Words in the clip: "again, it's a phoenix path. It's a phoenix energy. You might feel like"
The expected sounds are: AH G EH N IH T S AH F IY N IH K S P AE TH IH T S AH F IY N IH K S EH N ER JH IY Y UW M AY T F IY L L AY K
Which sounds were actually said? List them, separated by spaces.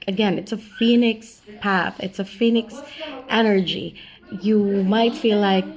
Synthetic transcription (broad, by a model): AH G EH N IH T S AH F IY N IH K S P AE TH IH T S AH F IY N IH K S EH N ER JH IY Y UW M AY T F IY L L AY K